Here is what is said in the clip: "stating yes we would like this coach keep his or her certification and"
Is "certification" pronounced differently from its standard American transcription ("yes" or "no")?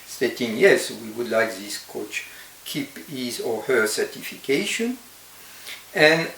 no